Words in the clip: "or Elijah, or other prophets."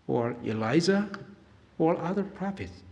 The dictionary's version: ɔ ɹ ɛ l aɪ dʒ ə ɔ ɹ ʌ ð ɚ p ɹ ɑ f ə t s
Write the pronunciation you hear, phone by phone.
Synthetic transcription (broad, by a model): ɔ ɹ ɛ l aɪ z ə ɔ ɹ ʌ ð ɚ p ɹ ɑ f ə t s